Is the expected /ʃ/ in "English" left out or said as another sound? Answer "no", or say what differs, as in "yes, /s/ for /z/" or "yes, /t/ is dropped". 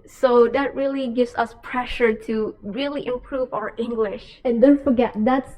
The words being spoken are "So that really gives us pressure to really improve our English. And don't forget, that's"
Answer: no